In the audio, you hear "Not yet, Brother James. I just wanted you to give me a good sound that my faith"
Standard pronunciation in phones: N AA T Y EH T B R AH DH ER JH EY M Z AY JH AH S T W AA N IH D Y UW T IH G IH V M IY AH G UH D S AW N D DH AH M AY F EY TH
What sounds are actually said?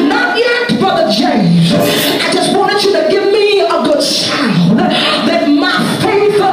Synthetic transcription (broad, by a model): N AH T Y EH T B AH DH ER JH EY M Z AY JH AH S T W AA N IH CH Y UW T IH G IH V M IY AH G UH D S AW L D DH AH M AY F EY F